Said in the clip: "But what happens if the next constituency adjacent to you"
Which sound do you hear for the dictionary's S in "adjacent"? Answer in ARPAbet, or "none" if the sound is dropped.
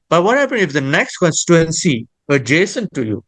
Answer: S